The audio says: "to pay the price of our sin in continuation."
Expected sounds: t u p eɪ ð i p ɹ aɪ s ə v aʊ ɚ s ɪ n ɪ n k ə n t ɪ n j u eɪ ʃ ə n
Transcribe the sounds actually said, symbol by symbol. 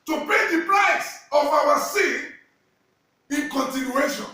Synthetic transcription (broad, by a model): t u p eɪ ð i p l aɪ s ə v aʊ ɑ s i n ɪ n k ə n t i n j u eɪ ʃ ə n